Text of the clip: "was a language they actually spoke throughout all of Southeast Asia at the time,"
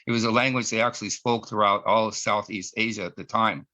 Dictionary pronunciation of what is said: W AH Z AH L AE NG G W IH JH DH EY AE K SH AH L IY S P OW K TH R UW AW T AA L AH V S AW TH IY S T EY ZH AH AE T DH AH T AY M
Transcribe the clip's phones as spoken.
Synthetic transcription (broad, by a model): W AH Z AH L AE NG G W IH JH DH EY AE K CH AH L IY S P OW K TH R UW AW T AA L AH S AW TH IY S T EY ZH AH T DH AH T AY M